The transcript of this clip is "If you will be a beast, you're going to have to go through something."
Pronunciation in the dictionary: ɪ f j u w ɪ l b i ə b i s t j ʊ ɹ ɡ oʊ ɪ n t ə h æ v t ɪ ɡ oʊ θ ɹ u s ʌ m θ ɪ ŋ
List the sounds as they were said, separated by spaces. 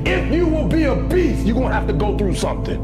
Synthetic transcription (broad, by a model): ɪ f j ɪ w ɪ l b i ə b i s j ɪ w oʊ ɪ n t h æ f t ɪ ɡ oʊ θ ɹ u s ʌ m θ ɪ ŋ